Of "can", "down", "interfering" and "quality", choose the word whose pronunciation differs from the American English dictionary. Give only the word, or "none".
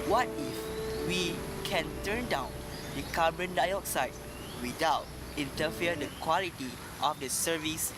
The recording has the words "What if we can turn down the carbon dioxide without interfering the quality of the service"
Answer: interfering